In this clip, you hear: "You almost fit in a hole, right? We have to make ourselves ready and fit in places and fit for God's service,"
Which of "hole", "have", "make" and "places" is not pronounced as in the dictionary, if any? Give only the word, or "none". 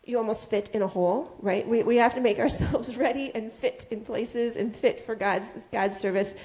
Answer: have